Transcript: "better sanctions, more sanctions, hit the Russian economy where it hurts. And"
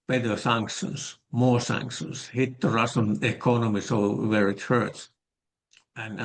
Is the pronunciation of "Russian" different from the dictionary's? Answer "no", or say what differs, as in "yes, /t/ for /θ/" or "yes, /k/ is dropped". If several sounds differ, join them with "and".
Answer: yes, /s/ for /ʃ/